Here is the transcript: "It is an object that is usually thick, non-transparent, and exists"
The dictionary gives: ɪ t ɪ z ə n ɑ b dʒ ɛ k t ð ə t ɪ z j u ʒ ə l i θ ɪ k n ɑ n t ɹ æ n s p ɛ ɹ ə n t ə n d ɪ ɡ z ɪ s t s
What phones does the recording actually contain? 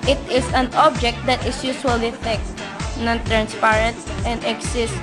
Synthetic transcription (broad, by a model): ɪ t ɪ s ə n ɑ b dʒ ɛ k t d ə t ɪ s j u s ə l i t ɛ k n ɑ n t ɹ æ n s p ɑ ɹ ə n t ə n d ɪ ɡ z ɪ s s